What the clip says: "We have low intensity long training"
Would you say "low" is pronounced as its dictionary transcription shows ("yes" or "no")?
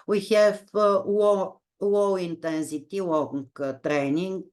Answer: no